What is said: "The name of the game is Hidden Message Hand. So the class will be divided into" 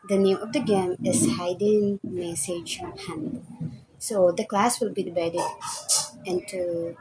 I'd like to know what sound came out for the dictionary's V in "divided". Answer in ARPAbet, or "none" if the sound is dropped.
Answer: B